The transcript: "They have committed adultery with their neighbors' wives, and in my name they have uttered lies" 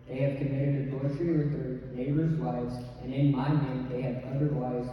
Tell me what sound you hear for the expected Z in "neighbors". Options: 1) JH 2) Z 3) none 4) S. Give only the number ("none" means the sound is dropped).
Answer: 2